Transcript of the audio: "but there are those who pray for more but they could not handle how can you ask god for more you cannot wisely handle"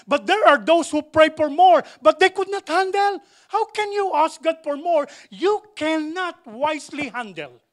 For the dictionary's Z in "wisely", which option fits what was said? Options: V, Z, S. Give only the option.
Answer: S